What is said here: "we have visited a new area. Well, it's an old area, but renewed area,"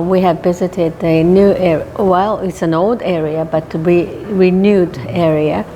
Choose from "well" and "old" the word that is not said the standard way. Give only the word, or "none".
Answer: none